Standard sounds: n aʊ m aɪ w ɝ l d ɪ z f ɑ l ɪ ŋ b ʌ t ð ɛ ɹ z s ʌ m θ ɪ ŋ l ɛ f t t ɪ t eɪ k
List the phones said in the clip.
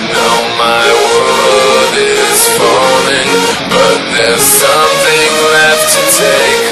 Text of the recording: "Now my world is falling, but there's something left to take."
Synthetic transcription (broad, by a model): n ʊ m aɪ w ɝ d ɪ z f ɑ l ɪ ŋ b ʌ t ð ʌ ɹ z s ʌ m θ ɪ ŋ l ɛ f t t ɪ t eɪ k